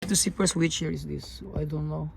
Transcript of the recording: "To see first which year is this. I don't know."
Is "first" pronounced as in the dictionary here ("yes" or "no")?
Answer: no